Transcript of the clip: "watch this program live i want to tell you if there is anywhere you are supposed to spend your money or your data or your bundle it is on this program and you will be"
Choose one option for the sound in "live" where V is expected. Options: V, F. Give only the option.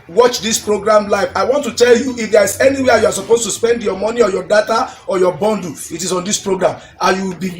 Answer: F